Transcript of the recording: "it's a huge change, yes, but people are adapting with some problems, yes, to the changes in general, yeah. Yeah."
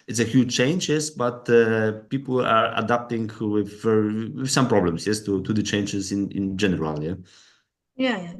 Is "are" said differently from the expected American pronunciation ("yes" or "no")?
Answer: no